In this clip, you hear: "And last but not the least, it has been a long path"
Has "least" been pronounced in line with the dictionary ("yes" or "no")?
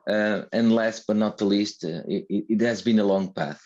yes